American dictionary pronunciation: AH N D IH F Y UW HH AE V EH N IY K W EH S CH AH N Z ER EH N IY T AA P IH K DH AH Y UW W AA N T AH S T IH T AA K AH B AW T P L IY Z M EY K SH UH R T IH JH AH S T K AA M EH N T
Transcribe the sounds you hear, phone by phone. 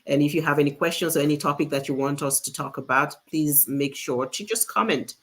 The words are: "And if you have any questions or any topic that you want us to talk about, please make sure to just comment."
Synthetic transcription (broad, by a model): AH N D IH F Y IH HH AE V EH N IY K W EH S CH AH N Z ER EH N IY T AA P IH K DH AH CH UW W AA N T AH S T IH T AA K AH B AW T P L IY Z M EY K SH UH R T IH JH AH S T K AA M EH N T